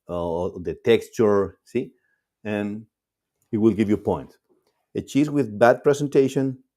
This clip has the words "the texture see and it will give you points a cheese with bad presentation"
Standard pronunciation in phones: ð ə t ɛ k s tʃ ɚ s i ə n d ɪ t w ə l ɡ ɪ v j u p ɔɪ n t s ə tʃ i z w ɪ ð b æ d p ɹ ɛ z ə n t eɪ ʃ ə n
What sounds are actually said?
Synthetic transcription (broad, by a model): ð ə t ɛ k s tʃ ɚ s i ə n ɪ t w ə l ɡ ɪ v j u p ɔɪ n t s ə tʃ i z w ɪ ð b æ d p ɹ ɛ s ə n t eɪ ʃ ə n